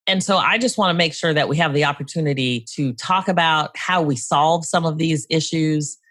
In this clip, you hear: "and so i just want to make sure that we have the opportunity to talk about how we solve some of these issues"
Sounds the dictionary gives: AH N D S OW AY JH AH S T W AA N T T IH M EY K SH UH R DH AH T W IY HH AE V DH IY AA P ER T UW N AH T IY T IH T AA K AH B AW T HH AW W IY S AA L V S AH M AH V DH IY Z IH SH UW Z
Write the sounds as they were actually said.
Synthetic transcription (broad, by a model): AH N S OW AY JH AH S T W AA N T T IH M EY K SH UH R DH AH T W IY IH V DH IY AA P ER T UW N AH T IY T IH T AA K AH B AW T HH AW W IY S AA L V S AH M AH V DH IY Z IH SH UW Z